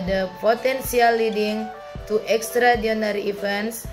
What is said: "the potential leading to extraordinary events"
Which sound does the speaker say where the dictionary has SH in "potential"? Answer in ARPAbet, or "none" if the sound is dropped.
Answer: S